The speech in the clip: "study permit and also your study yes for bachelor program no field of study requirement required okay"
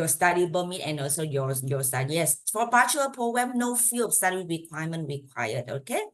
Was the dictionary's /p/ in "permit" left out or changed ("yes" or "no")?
yes